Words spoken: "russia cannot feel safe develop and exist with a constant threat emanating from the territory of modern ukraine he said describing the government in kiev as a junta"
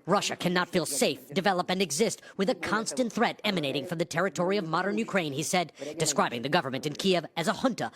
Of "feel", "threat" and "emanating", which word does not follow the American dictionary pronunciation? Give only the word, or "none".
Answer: none